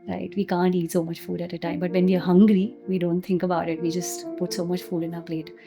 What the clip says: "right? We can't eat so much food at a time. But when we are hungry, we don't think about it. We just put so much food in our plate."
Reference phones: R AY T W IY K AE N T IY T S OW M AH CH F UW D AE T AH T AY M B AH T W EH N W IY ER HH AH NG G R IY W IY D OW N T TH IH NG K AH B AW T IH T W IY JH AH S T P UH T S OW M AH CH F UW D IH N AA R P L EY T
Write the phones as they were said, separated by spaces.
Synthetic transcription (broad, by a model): R AY T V IY K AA N T IY T S OW M AH CH F UW D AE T AH T AY M B AH T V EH N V IY ER HH AH NG G R IY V IY D OW N T T IH NG K AH B AW T IH T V IY JH AH S T P UH T S OW M AH CH F UW D IH N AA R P L EY T